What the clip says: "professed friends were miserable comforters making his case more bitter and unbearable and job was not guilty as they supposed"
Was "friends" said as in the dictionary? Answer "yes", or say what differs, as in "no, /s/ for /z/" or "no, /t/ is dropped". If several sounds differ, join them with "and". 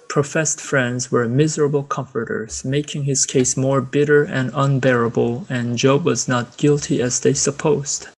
yes